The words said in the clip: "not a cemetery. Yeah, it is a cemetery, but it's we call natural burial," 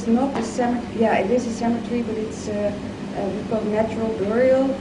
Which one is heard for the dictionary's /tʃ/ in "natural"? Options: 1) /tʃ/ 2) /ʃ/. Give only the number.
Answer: 1